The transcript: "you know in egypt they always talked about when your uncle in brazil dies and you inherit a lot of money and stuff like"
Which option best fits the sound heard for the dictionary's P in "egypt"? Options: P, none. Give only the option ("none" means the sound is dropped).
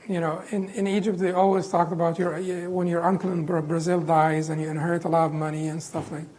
P